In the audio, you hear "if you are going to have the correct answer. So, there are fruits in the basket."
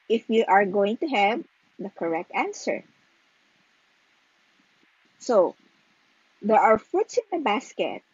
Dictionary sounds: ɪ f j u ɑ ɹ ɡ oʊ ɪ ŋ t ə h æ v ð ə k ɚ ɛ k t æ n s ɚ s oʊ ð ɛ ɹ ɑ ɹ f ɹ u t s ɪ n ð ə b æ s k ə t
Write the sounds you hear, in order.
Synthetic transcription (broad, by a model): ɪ f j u ɑ ɹ ɡ oʊ ɪ ŋ t ə h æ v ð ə k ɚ ɛ k t æ n s ɚ s oʊ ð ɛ ɹ ɑ ɹ f u t s ɪ n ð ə b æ s k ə t